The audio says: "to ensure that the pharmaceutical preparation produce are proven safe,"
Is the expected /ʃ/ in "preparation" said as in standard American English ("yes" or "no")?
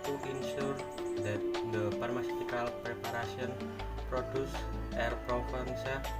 no